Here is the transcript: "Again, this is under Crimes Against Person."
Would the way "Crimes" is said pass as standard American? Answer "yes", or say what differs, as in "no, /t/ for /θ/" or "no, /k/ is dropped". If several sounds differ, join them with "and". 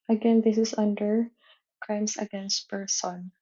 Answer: no, /s/ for /z/